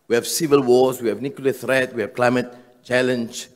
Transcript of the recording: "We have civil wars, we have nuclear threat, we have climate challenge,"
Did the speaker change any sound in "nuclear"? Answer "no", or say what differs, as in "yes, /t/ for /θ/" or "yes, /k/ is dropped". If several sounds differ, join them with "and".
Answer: yes, /w/ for /l/